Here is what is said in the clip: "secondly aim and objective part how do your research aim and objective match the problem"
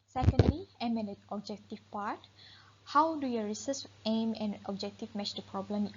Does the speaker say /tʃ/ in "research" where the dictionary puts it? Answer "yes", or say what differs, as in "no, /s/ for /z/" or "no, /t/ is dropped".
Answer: no, /s/ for /tʃ/